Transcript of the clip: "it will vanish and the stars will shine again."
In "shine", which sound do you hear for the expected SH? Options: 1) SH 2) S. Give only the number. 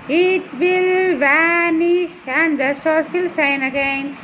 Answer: 2